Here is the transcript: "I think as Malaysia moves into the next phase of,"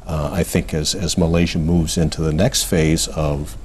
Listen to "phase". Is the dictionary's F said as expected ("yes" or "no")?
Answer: yes